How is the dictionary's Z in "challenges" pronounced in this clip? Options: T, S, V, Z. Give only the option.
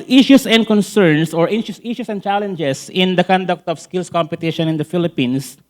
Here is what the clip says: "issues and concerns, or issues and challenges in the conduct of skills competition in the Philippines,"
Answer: S